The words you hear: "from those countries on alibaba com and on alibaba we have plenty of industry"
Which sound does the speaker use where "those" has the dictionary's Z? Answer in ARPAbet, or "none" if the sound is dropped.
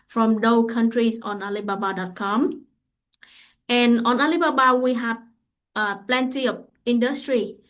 none